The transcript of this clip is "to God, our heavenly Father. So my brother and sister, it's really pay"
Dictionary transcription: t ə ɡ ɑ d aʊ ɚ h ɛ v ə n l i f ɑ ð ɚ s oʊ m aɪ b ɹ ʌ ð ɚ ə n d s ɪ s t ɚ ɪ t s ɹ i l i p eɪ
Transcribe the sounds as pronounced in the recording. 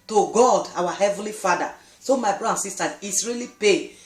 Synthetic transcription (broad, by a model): t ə ɡ ɑ d aʊ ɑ h ɛ v ə n l i f ɑ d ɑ s oʊ m aɪ b ɹ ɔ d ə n s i s t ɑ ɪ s ɹ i l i p eɪ